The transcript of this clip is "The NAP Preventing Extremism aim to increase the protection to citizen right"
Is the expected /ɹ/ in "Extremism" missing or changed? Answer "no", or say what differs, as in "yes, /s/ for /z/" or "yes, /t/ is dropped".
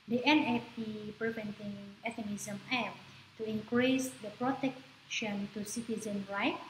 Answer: yes, /ɹ/ is dropped